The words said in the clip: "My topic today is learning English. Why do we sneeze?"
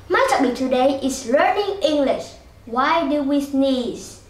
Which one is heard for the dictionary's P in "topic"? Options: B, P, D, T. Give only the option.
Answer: B